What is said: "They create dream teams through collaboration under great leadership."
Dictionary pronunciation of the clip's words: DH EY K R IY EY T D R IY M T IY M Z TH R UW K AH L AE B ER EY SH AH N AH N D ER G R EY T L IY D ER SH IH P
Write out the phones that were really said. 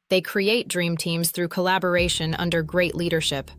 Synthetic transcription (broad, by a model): DH EY K R IY EY T D R IY M T IY M Z TH R UW K AH L AE B ER EY SH AH N AH N D ER G R EY T L IY D ER SH IH P